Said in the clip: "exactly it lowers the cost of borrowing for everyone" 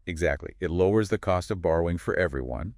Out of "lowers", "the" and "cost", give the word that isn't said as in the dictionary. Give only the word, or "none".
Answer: none